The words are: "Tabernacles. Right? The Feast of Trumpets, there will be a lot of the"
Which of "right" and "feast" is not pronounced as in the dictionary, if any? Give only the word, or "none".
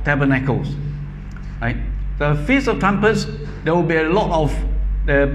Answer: feast